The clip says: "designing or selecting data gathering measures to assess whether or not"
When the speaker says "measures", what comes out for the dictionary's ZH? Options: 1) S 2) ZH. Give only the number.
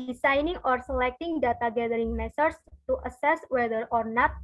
1